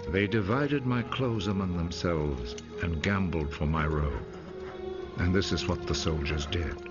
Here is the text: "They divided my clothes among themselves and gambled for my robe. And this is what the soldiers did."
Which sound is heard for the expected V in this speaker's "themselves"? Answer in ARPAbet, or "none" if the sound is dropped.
V